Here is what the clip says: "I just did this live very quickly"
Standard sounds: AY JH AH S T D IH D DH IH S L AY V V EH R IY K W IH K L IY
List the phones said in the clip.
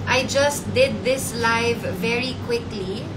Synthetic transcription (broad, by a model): AY JH AH S T D IH D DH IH S L AY V V EH R IY K W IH K L IY